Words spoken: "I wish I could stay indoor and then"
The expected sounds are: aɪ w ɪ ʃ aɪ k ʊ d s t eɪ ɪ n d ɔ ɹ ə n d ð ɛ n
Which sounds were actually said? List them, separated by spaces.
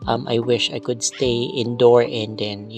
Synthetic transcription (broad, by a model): aɪ w ɪ ʃ aɪ k ʊ d s t eɪ ɪ n d ɔ ɹ ə n d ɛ n